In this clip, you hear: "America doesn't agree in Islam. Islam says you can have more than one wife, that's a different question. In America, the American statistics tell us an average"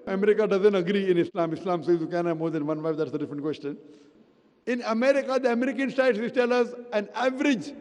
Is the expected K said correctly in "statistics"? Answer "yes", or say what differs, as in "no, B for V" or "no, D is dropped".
no, K is dropped